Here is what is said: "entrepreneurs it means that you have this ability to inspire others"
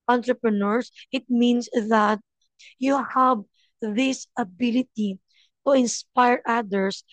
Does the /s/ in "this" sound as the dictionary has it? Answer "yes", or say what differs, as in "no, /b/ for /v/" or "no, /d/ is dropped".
yes